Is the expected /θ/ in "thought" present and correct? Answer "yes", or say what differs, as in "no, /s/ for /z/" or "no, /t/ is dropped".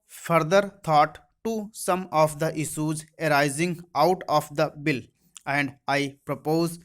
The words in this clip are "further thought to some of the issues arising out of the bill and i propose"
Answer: no, /t/ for /θ/